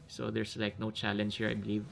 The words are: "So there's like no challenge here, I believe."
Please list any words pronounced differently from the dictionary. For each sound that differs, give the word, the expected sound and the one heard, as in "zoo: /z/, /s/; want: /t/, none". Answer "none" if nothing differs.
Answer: there's: /z/, /s/